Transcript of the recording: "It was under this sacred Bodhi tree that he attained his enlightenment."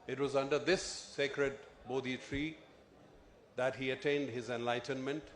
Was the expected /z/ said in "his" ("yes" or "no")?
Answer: yes